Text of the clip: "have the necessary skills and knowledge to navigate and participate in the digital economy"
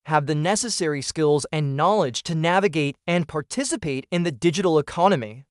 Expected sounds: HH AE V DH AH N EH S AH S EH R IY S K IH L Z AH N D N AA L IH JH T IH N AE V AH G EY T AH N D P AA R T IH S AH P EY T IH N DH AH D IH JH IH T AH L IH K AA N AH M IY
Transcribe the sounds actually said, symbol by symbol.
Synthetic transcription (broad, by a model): HH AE V DH AH N EH S AH S EH R IY S K IH L Z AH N N AA L IH JH T IH N AE V AH G EY T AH N P AA R T IH S AH P EY T IH N DH AH D IH JH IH T L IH K AA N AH M IY